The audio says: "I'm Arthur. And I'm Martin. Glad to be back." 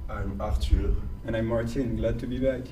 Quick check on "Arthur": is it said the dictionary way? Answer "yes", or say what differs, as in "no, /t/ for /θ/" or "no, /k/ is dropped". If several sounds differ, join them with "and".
no, /t/ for /θ/